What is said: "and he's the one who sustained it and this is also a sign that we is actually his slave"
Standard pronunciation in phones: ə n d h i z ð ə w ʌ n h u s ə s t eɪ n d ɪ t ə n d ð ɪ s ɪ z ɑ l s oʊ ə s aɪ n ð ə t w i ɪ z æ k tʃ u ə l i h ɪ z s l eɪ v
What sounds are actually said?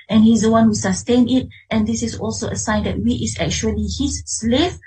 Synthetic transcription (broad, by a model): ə n h i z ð ə w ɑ n h u s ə s t eɪ n ɪ t ə n d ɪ s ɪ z ɑ l s oʊ ə s aɪ n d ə t w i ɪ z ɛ k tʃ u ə l i h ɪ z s l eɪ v